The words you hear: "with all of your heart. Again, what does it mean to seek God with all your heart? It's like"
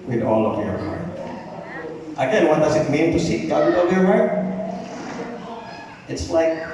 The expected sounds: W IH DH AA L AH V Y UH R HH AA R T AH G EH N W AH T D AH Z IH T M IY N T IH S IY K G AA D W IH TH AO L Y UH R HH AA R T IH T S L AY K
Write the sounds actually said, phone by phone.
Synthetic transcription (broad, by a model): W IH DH AA L AH V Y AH R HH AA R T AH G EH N W AH T D AH Z IH T M IY N T IH S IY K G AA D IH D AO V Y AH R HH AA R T IH T S L AY K